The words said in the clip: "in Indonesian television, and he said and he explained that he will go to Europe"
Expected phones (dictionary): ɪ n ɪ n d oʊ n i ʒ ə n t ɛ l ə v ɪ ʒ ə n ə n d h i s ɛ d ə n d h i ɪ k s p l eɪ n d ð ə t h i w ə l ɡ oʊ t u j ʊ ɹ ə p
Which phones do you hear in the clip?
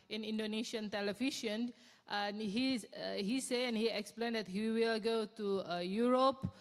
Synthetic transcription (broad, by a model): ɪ n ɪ n d oʊ n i ʃ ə n t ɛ l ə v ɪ ʃ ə n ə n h h i s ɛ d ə n h i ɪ k s p l eɪ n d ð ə t h i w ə l ɡ oʊ t u j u ɹ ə p